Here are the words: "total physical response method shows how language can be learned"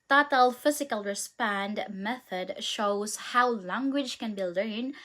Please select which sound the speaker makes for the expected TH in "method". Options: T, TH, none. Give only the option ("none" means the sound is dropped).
TH